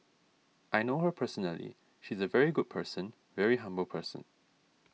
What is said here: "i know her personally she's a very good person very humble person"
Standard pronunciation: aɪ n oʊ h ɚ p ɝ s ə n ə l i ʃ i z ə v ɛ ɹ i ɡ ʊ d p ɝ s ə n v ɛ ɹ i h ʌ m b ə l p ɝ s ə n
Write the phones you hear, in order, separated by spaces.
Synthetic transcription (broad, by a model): aɪ n oʊ h ɚ p ɝ s ə n ə l i ʃ i z ə v ɛ ɹ i ɡ ʊ d p ɝ s ə n v ɛ ɹ i h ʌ m b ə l p ɝ s ə n